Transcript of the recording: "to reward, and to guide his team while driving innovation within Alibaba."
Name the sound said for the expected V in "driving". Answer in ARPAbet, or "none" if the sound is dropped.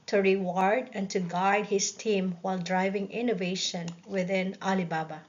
V